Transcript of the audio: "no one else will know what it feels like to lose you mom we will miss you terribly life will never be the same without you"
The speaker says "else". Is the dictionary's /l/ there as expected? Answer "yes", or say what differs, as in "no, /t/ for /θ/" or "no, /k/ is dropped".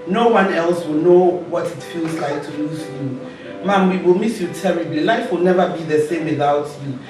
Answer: yes